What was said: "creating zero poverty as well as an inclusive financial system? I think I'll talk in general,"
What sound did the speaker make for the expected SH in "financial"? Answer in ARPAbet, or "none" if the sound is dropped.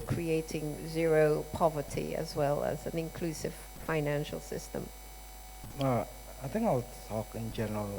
SH